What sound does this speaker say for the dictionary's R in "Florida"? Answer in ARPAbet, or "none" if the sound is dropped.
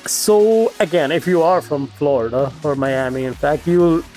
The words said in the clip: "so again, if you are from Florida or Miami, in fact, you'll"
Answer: R